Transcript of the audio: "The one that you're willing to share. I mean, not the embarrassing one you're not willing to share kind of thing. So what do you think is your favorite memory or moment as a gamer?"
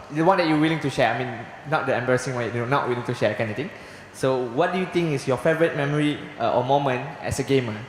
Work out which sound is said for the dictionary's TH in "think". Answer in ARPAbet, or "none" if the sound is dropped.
T